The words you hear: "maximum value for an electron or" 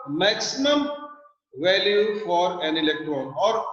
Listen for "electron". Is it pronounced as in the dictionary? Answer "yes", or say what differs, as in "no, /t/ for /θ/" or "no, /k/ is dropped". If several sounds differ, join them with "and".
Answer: yes